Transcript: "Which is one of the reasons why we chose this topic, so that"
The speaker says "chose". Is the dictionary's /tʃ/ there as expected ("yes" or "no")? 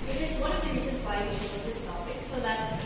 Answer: no